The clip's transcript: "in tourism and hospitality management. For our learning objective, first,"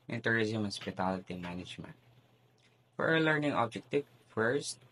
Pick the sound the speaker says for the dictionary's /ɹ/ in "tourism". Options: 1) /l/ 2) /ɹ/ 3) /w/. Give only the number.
2